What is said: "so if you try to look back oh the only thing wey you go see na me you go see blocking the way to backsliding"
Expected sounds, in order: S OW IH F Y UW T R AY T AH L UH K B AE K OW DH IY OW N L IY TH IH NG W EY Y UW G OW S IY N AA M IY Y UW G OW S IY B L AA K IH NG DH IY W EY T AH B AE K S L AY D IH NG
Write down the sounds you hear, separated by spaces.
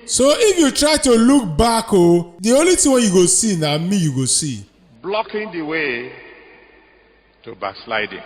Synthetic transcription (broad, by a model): S OW IH F Y UW T R AY T AH L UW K B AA K OW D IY OW L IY T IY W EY Y UW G OW S IY N AA M IY Y UW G OW S IY B L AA K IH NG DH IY W EY T AH B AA K S L AY D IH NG